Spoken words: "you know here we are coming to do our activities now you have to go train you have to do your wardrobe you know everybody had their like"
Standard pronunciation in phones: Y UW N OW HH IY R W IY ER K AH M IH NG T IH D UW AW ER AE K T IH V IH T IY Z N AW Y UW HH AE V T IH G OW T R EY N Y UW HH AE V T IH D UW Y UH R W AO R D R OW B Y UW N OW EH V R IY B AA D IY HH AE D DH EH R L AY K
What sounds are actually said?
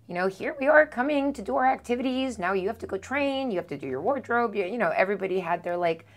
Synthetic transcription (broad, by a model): Y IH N OW HH IY R W IY ER K AH M IH NG T IH D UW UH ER AE K T IH V IH T IY Z N AW Y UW HH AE F T IH G OW T R EY N Y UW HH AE F T IH D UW Y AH R W AO R D R OW B Y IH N OW EH V R IY B AA D IY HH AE D DH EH R L AY K